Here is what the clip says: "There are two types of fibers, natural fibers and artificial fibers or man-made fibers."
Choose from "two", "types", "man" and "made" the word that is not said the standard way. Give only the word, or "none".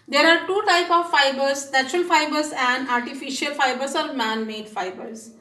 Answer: types